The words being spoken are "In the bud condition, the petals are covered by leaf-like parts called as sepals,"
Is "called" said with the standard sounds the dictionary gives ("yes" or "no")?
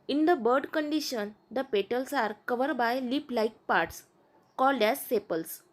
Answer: yes